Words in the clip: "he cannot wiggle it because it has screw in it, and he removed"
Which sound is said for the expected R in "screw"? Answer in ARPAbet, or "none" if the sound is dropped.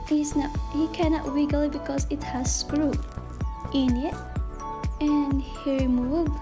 R